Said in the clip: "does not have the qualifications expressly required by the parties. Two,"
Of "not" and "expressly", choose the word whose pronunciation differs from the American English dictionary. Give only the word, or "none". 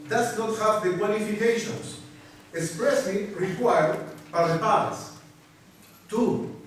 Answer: expressly